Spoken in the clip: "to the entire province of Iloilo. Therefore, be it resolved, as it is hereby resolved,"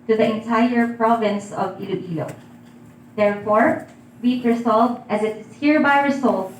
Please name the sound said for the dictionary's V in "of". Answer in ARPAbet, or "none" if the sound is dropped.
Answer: V